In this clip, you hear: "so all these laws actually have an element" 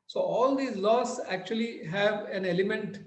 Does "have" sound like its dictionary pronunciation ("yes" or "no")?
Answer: yes